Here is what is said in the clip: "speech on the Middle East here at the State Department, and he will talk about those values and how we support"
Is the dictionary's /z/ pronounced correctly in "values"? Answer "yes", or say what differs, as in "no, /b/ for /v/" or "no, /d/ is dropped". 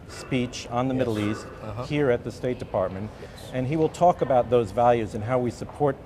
yes